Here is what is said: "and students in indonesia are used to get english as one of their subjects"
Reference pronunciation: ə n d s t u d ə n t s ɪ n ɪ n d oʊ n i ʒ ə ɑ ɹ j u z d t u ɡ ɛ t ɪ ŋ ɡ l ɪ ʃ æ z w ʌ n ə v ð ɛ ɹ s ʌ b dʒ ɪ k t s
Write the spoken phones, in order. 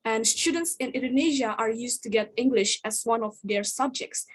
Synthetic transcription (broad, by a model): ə n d s t u d ə n t s ɪ n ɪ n d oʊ n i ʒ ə ɑ ɹ j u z t u ɡ ɛ t ɪ ŋ ɡ l ɪ ʃ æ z w ʌ n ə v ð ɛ ɹ s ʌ b dʒ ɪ k t s